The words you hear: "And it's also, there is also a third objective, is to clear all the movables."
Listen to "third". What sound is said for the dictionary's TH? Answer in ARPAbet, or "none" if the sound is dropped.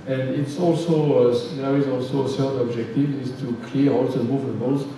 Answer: S